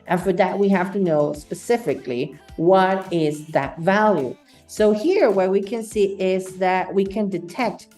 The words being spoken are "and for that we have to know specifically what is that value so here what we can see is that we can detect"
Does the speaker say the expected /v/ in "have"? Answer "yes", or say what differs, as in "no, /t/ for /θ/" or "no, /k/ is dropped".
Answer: no, /f/ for /v/